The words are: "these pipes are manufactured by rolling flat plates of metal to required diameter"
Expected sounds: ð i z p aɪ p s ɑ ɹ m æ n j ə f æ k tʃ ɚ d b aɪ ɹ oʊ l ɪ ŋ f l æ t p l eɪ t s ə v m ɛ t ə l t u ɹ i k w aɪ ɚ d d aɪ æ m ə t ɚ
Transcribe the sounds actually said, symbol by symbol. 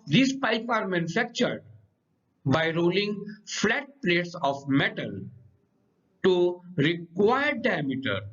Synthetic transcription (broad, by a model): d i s p aɪ p ɑ ɹ m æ n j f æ k tʃ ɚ d b aɪ ɹ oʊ l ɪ ŋ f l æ t p l eɪ t s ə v m ɛ t ə l t u ɹ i k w aɪ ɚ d d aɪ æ m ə t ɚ